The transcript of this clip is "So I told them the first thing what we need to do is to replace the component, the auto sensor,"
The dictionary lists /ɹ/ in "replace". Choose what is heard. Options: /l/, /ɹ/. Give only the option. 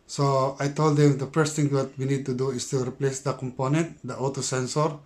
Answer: /ɹ/